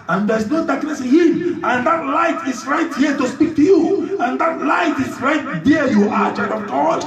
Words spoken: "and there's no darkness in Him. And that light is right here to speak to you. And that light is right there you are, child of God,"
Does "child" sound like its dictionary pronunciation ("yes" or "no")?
no